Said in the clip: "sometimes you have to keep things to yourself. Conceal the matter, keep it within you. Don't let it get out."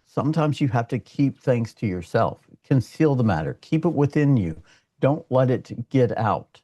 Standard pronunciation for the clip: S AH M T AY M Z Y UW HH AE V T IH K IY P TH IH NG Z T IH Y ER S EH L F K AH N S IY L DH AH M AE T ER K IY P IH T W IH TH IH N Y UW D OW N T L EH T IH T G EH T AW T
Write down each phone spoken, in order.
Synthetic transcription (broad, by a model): S AH M T AY M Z Y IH HH AE F T IH K IY P TH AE NG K T IH Y ER S EH L F K AH N S IY L DH AH M AE T ER K IY P IH T W IH TH IH N Y UW D OW N T L EH T IH T G EH T AW T